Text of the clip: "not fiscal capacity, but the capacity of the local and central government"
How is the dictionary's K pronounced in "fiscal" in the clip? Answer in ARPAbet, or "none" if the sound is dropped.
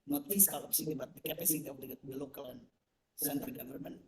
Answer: none